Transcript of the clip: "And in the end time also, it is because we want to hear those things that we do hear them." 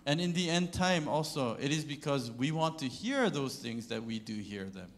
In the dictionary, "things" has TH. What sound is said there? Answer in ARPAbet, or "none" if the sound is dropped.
TH